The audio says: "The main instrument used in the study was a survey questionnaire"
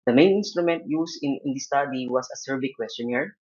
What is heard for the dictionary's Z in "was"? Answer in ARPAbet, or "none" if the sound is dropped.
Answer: S